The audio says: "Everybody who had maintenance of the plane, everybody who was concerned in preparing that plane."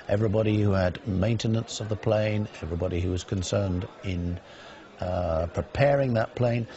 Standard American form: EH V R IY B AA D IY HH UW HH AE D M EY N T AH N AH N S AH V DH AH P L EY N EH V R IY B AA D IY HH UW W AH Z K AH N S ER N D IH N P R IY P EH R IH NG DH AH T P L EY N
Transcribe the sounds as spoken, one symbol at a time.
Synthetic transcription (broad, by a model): EH V R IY B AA D IY HH UW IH D M EY N T AH N AH N S AH V DH AH P L EY N EH V R IY B AA D IY HH UW W AH Z K AH N S ER N D IH N P R IY P EH R IH NG DH AH T P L EY N